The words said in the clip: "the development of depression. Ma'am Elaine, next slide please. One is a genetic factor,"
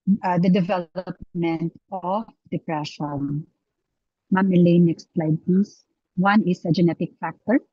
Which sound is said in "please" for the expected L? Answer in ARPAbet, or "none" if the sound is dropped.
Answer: none